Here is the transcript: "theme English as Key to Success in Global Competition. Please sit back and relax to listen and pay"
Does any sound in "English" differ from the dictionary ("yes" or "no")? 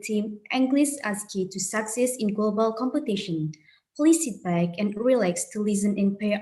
yes